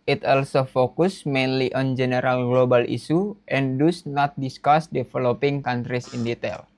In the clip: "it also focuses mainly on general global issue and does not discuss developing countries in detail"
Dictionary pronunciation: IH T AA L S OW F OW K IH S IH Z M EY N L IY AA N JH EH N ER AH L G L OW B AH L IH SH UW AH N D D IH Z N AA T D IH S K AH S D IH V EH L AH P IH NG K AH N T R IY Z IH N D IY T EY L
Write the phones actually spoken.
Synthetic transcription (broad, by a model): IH T AA L S OW F OW K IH S M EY N L IY AA N JH EH N ER AH L G L OW B AH L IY S UW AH N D D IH S N AA T D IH S K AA S D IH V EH L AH P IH NG K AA N T R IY S IH N D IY T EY L